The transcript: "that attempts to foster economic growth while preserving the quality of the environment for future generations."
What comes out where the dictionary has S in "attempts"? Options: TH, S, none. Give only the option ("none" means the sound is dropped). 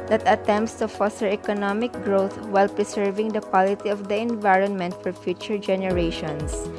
S